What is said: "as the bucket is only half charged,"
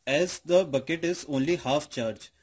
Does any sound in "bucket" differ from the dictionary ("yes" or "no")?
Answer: no